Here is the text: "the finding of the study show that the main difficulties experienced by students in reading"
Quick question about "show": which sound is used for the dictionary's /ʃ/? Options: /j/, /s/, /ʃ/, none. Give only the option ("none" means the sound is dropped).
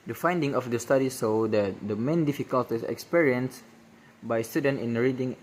/s/